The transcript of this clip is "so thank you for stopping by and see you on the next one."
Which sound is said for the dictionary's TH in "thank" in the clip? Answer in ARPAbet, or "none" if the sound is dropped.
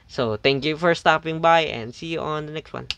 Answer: T